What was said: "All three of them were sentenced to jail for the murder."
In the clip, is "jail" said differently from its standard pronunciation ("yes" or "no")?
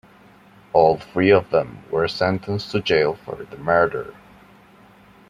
no